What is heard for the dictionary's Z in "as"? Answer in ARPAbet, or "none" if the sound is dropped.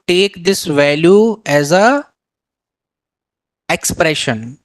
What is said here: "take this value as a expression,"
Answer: Z